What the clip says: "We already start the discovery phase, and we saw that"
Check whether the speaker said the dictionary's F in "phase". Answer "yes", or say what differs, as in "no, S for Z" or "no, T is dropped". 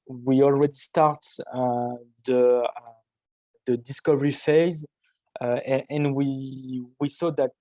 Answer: yes